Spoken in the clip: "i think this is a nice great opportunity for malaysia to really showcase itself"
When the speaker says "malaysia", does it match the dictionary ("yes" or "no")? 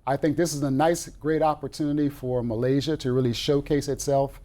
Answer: yes